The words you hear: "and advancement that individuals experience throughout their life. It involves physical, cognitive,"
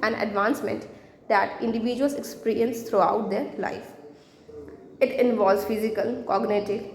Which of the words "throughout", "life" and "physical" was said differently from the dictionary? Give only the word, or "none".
throughout